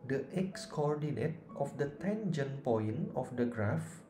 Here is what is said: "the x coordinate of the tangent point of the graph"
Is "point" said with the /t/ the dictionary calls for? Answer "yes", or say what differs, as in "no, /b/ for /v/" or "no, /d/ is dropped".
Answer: no, /t/ is dropped